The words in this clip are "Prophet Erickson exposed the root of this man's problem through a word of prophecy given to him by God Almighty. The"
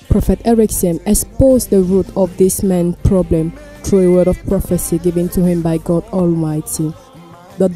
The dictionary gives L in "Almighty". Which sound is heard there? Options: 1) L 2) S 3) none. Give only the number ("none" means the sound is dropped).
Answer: 1